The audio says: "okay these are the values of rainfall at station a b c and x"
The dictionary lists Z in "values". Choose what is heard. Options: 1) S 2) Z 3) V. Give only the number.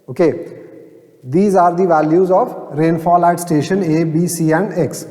2